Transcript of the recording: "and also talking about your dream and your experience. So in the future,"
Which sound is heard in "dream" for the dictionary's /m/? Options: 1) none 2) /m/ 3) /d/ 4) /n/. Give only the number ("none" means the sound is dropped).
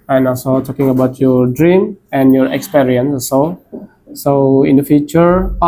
2